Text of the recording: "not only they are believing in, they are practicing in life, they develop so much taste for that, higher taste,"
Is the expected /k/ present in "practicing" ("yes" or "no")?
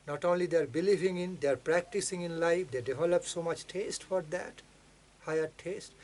yes